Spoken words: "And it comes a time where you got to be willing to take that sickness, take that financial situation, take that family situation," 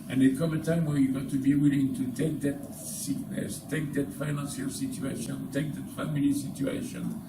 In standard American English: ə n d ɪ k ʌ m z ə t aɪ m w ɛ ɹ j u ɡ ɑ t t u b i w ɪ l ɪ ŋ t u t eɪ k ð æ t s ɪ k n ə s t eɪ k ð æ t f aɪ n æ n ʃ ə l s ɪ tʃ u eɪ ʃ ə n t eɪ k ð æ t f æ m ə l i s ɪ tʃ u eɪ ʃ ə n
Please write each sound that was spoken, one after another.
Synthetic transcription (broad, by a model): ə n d ɪ k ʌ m ə t aɪ m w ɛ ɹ j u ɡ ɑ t t u b i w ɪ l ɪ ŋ t u t eɪ k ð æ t s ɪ k n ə s t eɪ k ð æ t f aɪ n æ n s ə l s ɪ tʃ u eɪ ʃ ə n t eɪ k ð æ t f æ m ə l i s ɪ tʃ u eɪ ʃ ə n